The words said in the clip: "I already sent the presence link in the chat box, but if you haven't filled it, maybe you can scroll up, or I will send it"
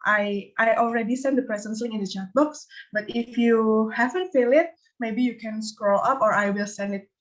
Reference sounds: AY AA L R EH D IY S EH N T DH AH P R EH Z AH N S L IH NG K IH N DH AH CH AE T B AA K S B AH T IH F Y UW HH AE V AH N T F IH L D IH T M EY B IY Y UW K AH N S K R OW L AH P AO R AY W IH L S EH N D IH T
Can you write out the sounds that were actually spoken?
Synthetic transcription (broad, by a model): AY AA L R EH D IY S EH N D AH P R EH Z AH N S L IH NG IH N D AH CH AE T B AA K S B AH T IH F Y UW HH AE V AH N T F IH L IH T M EY B IY Y UW K AH N S K R OW L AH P AO R AY W IH L S EH N D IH T